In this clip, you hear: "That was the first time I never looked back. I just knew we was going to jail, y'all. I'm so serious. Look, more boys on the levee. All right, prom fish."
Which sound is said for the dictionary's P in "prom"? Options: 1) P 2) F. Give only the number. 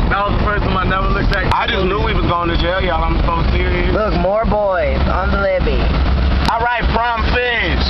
2